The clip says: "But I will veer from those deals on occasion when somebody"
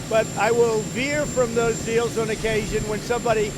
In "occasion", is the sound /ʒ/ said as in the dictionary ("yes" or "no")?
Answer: yes